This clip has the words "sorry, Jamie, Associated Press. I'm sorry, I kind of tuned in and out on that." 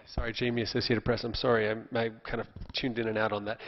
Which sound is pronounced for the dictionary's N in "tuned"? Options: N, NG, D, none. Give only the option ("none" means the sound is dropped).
N